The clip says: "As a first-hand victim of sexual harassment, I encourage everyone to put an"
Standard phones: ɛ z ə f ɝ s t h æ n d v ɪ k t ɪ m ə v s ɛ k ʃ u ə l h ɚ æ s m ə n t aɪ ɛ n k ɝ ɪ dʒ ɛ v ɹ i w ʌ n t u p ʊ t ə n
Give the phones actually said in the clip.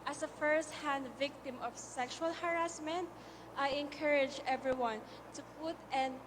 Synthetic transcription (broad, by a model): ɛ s ə f ɝ s t h æ n d v ɪ k t ɪ m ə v s ɛ k ʃ u ə l h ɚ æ s m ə n t aɪ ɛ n k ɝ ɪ dʒ ɛ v ɹ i w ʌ n t u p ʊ t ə n